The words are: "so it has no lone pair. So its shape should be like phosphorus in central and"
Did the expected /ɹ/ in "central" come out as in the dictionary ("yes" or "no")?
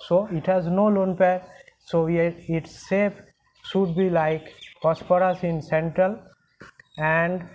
yes